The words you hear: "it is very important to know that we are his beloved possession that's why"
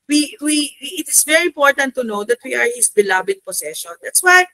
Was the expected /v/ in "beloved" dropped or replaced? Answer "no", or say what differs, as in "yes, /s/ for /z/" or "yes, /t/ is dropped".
yes, /b/ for /v/